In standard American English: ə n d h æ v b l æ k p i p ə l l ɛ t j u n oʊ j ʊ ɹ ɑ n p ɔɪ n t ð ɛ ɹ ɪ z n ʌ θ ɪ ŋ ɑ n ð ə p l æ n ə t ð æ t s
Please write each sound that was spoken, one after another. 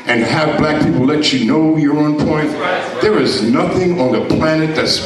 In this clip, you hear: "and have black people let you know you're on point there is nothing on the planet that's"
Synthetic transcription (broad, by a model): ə n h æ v b l æ k p i p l l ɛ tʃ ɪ n oʊ j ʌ ɹ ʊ n p ɔɪ n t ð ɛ ɹ ɪ z n ʌ θ ɪ ŋ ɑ n ð ə p l æ n ə t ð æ t s